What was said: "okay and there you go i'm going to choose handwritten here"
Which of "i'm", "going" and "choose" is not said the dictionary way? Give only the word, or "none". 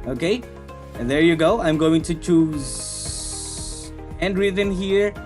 none